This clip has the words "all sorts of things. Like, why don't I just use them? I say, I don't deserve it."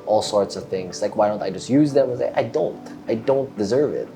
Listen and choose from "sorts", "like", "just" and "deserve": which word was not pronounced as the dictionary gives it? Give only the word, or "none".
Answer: none